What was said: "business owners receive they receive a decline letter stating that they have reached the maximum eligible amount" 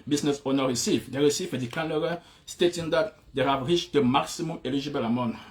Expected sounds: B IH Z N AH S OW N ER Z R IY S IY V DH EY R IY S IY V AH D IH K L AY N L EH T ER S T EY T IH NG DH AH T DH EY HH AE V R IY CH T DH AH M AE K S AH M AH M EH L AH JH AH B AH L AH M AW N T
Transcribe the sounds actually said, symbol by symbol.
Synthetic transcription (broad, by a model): B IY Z N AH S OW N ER R IY S IY V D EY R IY S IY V AH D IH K AY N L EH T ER S T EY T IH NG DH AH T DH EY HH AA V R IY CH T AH M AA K S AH M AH M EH L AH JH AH B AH L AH M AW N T